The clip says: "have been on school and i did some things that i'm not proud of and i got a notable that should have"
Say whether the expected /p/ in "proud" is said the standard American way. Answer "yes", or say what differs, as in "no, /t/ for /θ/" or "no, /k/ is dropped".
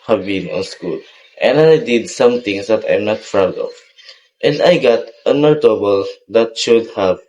no, /f/ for /p/